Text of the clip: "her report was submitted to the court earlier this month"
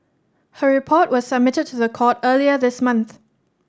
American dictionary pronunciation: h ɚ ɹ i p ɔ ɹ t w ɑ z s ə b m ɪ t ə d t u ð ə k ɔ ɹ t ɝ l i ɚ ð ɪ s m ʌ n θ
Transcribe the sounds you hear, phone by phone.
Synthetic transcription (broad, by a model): h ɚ ɹ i p ɔ t w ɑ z s ə b m ɪ t ə d t u ð ə k ɔ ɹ t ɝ l i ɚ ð ɪ s m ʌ n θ